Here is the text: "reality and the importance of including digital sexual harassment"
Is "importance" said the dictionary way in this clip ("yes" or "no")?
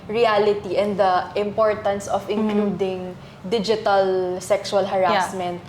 yes